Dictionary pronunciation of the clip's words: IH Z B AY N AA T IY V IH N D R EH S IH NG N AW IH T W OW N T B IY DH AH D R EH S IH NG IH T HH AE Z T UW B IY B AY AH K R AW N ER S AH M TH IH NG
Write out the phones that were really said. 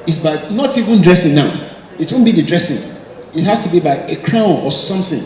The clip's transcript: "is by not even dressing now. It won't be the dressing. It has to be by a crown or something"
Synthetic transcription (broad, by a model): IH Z B AY N AA T IY V IH N D R EH S IH NG N AW IH T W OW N B IY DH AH D R EH S IH NG IH T HH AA S T UW B IY B AY AH K R AW N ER S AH M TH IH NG